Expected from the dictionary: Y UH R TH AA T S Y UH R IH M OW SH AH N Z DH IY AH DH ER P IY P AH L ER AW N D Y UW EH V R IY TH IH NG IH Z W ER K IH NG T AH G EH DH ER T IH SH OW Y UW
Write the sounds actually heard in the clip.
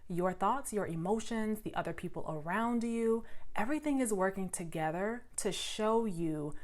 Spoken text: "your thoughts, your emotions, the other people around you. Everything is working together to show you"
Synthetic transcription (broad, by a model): Y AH R TH AA T S Y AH R IH M OW SH AH N Z DH IY AH DH ER P IY P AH L ER AW N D Y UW EH V R IY TH IH NG IH Z W ER K IH NG T AH G EH DH ER T IH SH OW Y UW